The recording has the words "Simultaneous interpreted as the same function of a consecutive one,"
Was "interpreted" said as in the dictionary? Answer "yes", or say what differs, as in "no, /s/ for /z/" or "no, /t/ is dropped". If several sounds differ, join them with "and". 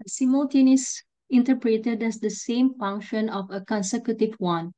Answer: yes